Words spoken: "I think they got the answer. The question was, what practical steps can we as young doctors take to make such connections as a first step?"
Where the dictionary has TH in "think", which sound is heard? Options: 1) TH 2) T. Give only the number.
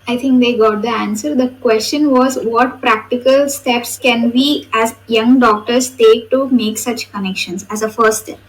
2